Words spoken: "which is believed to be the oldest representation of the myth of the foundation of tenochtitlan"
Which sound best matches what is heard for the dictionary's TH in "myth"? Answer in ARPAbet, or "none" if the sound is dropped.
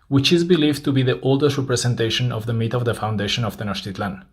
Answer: T